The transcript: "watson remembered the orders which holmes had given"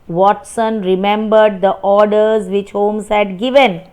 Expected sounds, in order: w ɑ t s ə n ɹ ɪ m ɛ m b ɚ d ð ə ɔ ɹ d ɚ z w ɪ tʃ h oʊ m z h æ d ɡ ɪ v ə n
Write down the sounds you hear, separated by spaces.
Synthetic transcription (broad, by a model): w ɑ t s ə n ɹ ɪ m ɛ m b ɚ d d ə ɔ ɹ d ɚ z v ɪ tʃ h oʊ m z h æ d ɡ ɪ v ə n